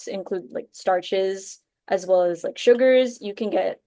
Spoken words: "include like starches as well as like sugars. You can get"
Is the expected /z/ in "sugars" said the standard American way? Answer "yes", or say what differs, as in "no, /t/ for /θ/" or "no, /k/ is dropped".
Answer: yes